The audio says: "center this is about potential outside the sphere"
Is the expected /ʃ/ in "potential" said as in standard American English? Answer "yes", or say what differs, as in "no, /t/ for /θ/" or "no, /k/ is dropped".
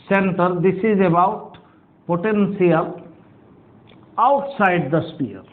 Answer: no, /s/ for /ʃ/